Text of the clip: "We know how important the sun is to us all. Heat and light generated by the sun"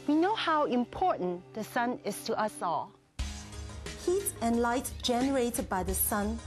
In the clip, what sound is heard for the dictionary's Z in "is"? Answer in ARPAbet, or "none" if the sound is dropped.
S